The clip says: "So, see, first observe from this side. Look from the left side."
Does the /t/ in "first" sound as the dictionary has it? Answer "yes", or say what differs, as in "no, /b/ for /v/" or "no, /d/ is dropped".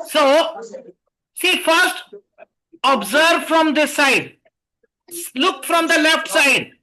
yes